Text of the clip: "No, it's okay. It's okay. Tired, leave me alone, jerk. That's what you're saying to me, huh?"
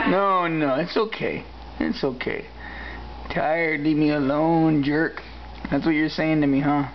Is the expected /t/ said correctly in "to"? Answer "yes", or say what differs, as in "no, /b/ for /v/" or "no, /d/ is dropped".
yes